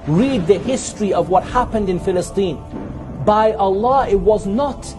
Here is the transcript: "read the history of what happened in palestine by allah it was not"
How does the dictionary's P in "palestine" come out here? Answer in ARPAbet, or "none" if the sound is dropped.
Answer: F